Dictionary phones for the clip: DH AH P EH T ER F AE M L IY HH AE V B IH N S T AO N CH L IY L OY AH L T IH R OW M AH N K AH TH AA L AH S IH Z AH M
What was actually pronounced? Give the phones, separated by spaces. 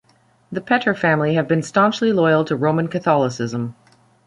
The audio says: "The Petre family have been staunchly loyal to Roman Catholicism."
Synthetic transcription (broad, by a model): DH AH P EH T ER F AE M L IY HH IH V B IH N S T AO N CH L IY L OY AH L T IH R OW M AH N K AH TH AA L AH S IH Z AH M